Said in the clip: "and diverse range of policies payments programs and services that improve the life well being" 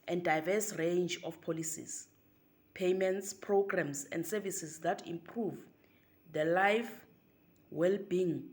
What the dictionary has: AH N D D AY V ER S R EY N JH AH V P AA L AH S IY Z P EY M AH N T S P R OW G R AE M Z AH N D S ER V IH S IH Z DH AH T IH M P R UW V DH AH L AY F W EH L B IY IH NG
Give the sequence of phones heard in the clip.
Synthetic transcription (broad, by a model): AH N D D AY V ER S R EY N JH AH F P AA L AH S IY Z P EY M AH N T S P R OW G R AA M S AH N D S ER V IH S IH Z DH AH T IH M P R UW V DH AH L AY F W EH L B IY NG